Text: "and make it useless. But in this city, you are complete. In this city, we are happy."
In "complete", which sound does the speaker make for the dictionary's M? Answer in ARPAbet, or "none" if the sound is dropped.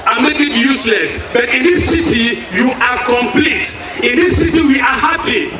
M